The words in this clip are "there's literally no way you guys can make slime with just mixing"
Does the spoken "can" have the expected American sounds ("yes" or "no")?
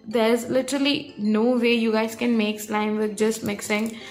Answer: yes